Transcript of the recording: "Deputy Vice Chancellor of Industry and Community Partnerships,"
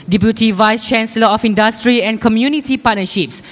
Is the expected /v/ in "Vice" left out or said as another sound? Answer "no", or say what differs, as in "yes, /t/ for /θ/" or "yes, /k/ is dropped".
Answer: no